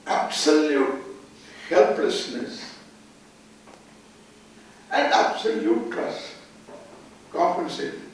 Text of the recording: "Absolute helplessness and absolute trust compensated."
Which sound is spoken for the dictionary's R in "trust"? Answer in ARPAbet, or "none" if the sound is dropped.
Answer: none